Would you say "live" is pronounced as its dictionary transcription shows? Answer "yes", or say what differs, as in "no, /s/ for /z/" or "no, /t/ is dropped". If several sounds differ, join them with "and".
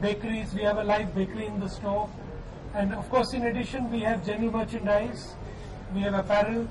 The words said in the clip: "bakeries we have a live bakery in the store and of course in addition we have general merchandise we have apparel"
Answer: no, /f/ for /v/